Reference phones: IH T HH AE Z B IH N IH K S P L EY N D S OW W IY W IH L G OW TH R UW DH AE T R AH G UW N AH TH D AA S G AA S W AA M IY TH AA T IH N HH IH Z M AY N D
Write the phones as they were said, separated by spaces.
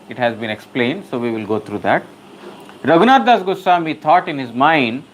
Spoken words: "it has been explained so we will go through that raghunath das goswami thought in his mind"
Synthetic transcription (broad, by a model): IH T HH AE Z B IH N IH K S P L EY N D S OW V IY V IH L G OW T R UW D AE T R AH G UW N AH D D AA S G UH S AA M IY T AA T IH N HH IH Z M AY N D